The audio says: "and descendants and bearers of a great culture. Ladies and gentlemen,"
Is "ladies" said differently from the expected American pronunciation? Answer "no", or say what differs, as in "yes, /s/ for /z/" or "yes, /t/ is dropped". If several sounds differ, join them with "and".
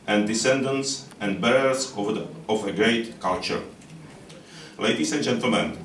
yes, /s/ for /z/